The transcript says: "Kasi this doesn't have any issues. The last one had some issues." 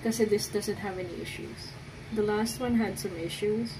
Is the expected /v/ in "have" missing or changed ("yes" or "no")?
no